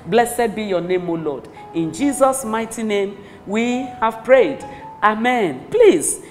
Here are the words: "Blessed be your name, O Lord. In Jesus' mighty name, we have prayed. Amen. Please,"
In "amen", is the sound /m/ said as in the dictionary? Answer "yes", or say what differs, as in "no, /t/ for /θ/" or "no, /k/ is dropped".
yes